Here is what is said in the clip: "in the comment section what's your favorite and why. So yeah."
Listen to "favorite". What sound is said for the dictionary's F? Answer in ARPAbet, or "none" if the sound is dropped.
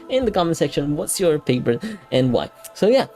P